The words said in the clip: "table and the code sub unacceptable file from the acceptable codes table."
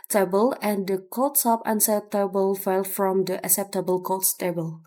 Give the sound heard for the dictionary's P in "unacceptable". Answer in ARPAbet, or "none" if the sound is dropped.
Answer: none